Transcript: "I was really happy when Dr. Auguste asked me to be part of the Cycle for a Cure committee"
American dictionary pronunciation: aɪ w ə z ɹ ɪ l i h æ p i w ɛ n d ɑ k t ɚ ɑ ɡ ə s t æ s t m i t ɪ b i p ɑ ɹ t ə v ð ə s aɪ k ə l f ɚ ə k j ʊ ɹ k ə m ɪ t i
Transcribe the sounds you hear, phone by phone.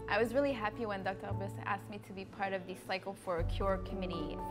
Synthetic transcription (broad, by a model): aɪ w ə z ɹ ɪ l i h æ p i w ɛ n d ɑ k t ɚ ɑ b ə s æ s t m i t ɪ b i p ɑ ɹ t ə v ð ə s aɪ k l f ɚ ə k j ʊ ɹ k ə m ɪ t i